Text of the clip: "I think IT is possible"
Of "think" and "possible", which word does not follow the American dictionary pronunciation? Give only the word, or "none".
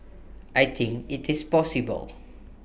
think